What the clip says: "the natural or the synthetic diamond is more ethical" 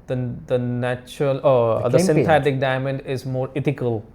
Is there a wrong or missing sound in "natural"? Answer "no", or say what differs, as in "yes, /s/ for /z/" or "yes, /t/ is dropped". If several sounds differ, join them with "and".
no